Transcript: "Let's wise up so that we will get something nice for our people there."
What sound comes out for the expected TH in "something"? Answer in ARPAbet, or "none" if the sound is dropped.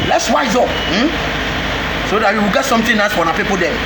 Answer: T